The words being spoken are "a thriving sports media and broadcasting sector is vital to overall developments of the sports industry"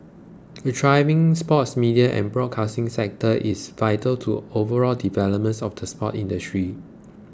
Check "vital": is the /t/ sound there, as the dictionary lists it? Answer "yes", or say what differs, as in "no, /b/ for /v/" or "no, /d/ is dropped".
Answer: yes